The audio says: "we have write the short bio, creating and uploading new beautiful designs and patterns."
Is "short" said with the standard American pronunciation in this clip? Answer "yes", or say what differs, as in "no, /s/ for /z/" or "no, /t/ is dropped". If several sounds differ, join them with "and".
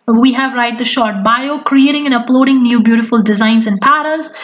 yes